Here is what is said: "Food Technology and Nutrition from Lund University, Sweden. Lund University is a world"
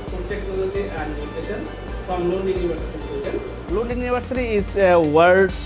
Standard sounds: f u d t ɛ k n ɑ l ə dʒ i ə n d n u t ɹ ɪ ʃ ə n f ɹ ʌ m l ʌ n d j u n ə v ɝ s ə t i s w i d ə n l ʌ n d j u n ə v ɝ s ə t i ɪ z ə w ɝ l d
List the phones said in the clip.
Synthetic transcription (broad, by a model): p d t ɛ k ɑ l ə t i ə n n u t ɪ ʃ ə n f ɹ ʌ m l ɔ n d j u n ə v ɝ s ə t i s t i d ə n l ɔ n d j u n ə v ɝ s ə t i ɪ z ə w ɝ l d